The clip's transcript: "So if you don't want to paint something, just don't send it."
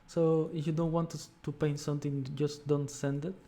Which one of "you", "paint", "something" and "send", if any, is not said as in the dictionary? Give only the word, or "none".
something